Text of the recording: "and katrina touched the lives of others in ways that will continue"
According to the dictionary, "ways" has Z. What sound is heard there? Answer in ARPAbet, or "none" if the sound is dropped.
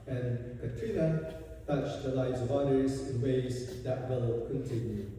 Z